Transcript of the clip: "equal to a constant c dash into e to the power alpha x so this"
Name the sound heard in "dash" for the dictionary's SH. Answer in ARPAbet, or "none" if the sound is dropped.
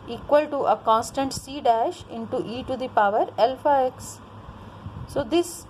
SH